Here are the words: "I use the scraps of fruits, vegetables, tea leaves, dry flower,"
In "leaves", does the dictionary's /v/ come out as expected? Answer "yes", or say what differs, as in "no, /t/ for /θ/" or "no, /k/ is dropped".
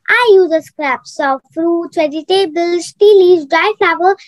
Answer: no, /v/ is dropped